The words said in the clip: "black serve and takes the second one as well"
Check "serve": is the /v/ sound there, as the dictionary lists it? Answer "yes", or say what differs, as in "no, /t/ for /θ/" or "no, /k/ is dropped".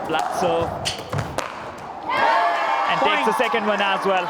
no, /v/ is dropped